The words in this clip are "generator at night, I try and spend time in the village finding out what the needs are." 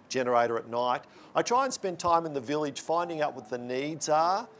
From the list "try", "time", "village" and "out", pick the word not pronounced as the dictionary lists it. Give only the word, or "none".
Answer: none